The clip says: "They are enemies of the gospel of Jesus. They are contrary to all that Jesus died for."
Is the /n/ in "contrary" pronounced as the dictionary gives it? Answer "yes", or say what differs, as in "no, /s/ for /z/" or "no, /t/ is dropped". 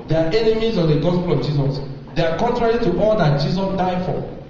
yes